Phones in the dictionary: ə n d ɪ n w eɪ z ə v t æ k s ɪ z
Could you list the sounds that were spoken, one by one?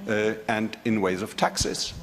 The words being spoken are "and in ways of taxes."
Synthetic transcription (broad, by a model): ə n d ɪ n w eɪ z ə v t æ k s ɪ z